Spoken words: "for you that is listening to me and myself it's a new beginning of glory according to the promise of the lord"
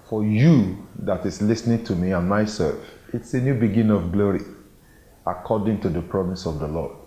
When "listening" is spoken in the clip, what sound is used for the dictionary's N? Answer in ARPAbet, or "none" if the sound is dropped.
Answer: N